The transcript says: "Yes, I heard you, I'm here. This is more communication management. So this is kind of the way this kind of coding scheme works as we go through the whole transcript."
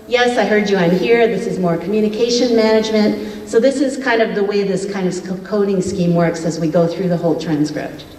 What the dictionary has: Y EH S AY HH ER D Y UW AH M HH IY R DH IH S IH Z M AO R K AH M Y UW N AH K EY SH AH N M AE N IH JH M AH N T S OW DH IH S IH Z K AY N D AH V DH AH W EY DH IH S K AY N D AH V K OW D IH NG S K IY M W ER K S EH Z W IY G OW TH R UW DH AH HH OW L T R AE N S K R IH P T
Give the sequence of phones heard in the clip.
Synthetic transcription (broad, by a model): Y EH S AY HH ER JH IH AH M HH IY R DH IH S IH Z M AO R K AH M Y UW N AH K EY SH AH N M AE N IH JH M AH N T S OW DH IH S IH Z K AY N D AH V DH AH W EY DH IH S K AY N D AH V K OW D IH NG S K IY M W ER K S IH Z W IY G OW TH R UW DH AH HH OW L T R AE N S K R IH P T